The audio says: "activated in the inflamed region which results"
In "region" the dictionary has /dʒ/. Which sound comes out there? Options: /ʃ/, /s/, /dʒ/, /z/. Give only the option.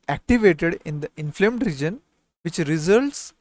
/dʒ/